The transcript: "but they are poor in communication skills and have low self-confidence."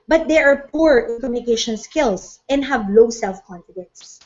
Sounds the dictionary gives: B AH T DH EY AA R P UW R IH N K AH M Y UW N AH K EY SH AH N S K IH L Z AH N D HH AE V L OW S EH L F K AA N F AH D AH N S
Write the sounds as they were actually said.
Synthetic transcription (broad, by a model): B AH T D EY AA R P UW R IH N K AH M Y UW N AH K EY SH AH N S K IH L S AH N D HH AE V L OW S EH L F K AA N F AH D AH N S